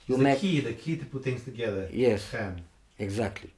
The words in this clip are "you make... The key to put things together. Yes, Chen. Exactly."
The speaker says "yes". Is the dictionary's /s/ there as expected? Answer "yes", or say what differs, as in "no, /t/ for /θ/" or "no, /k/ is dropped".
yes